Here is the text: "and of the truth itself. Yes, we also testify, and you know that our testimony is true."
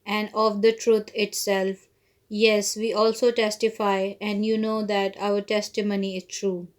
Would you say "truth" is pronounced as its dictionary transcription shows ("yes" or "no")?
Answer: no